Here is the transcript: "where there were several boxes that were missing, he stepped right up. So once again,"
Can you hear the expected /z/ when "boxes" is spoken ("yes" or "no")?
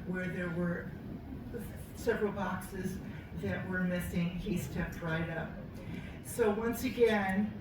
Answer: yes